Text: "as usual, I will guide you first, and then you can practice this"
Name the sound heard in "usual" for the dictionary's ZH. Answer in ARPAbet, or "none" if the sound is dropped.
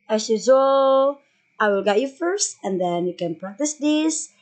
Z